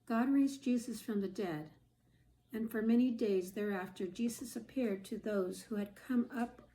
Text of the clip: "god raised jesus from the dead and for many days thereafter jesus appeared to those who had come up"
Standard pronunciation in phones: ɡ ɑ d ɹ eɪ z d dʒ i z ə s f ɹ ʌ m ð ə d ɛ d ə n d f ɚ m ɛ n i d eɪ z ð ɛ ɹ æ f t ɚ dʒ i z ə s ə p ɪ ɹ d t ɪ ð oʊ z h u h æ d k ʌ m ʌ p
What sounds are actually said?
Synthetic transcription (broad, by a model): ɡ ɑ d ɹ eɪ z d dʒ i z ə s f ɹ ʌ m ð ə d ɛ d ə n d f ɚ m ɛ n i d eɪ z ð ɛ ɹ æ f t ɚ dʒ i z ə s ə p ɪ ɹ d t ɪ ð oʊ z h u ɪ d k ʌ m ʌ p